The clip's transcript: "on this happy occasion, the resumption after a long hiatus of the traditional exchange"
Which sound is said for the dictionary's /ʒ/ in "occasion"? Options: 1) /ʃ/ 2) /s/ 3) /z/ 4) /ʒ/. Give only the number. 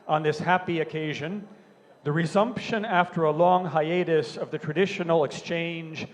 4